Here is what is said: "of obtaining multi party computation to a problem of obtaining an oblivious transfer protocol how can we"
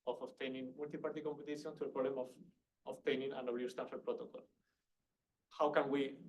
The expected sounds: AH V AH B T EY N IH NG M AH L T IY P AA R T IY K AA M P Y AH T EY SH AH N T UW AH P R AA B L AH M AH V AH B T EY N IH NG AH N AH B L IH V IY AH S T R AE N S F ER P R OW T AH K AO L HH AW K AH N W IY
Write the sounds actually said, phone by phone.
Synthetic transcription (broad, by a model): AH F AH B T EY N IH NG M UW L T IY P AA R T IY K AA M P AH T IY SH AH N T UW AH P R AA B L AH M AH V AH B T EY N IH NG AH N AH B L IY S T AE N F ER P R OW T AH K AO L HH AW K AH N W IY